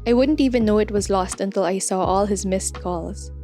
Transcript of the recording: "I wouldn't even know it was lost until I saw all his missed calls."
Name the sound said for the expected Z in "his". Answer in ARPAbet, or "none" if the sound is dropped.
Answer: Z